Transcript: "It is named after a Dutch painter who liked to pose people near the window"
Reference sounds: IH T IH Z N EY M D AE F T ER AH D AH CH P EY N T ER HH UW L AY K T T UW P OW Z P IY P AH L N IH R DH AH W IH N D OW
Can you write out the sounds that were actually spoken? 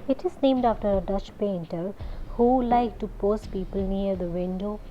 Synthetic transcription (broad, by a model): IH T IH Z N EY M D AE F T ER AH D AH CH P EY N T ER HH UW L AY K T T UW P OW S P IY P AH L N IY R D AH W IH N D OW